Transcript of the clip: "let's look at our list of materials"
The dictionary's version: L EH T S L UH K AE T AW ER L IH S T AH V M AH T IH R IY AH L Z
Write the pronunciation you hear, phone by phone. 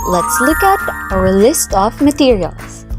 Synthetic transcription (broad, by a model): L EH T S L UH K AE T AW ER L IH S T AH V M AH T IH R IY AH L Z